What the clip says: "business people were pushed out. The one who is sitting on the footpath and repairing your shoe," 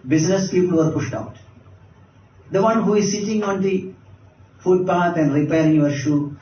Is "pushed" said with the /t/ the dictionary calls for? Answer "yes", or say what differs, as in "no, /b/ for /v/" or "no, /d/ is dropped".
yes